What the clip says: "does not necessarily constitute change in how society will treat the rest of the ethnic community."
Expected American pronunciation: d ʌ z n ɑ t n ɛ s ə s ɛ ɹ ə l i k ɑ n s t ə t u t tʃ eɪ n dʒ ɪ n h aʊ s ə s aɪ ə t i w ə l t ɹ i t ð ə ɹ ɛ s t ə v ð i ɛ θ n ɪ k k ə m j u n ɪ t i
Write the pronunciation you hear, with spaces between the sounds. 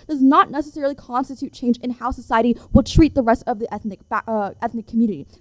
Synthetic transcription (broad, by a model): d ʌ z n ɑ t n ɛ s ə s ɛ ɹ l i k ɑ n s t ə t u t tʃ eɪ n dʒ ɪ n h aʊ s ə s aɪ ə t i w ə l t ɹ i t ð ə ɹ ɛ s t ə v ð i ɛ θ n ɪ k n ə m j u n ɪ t i